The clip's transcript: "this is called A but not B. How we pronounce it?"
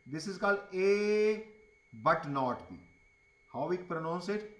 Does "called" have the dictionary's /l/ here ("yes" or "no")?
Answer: yes